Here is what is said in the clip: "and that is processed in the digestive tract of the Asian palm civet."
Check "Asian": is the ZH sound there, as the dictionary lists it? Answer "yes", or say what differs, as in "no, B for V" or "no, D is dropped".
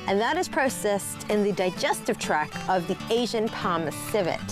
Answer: yes